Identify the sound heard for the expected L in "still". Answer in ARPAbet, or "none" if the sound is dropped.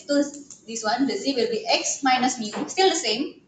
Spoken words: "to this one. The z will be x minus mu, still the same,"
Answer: L